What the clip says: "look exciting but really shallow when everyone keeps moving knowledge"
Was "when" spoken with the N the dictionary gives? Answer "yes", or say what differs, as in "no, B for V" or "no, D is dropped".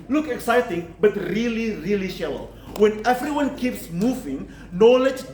yes